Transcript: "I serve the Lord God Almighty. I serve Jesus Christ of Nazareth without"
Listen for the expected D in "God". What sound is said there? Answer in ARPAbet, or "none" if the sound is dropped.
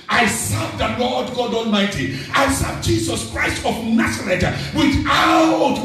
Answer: D